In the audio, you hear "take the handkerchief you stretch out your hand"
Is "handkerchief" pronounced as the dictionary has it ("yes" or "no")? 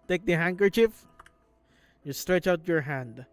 yes